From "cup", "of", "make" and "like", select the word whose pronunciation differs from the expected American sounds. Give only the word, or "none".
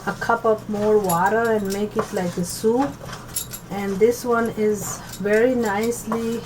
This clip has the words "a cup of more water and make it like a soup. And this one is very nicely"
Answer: of